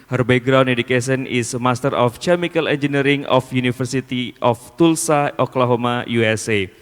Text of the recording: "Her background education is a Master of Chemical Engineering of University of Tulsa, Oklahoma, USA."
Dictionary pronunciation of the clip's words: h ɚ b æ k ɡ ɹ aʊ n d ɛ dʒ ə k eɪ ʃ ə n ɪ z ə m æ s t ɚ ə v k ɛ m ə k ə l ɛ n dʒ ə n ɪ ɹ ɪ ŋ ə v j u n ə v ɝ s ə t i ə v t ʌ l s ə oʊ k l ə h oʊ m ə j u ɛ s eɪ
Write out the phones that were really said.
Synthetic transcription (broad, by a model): h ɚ b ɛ ɡ ɹ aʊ n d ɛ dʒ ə k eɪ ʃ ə n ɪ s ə m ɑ s t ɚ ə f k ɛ m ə k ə l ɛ n dʒ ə n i ɹ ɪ ŋ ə f j u n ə f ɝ s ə t i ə f t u l s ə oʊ k l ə h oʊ m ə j u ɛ s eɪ